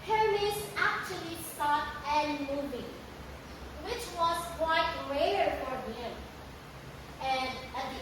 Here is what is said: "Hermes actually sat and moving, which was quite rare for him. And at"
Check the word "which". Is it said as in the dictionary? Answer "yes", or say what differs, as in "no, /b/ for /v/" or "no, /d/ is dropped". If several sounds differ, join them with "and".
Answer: yes